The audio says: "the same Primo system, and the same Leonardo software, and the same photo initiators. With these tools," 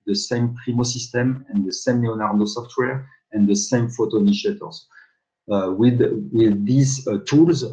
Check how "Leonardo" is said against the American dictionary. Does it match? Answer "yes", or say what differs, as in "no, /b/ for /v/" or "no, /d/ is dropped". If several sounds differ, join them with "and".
no, /n/ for /l/